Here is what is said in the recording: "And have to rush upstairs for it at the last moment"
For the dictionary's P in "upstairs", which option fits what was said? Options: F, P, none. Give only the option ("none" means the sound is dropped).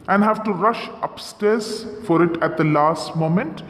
P